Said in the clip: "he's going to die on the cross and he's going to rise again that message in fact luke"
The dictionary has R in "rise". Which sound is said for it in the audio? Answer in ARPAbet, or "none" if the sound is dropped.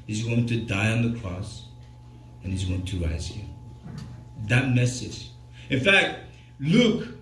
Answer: R